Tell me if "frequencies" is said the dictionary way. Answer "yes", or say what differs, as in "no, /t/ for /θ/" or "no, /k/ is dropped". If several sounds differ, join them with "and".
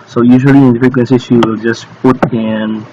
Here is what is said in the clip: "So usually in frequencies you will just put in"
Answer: no, /ɹ/ is dropped